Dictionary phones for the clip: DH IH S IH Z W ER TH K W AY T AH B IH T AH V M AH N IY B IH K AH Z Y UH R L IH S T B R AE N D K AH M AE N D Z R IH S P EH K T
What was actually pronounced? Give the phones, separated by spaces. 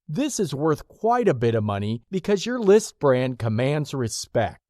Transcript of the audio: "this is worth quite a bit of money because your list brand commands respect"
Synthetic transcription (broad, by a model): DH IH S IH Z W ER TH K W AY T AH B IH T AH V M AH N IY B IH K AH Z Y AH R L IH S T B R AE N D K AH M AE N D Z R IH S P EH K T